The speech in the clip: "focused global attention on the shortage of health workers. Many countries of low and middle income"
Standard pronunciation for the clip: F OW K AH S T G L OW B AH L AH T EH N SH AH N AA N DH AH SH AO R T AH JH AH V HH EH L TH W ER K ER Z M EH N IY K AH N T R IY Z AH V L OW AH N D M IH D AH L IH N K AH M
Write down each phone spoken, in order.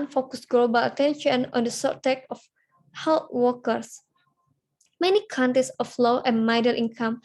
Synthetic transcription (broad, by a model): F OW K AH S G L OW B AH L AH T EH N SH AH N AA N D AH S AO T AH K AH F HH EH L T W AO K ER S M EH N IY K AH N T R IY S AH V L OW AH N M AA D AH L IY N K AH M